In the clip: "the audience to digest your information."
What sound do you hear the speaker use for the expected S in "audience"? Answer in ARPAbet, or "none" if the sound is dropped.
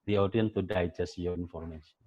none